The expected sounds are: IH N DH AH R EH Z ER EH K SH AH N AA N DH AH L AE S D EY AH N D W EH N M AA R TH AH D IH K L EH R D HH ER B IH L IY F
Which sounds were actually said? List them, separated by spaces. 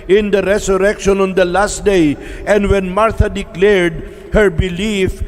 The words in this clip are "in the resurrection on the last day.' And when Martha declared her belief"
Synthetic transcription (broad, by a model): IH N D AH R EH S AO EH K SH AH N AA N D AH L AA S D EY AH N D W EH N M AA R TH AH D IH K L EH R D HH ER B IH L IY F